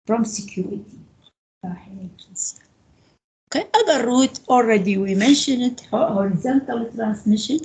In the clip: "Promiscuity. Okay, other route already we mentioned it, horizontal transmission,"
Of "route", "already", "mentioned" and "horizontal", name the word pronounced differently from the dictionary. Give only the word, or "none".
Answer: mentioned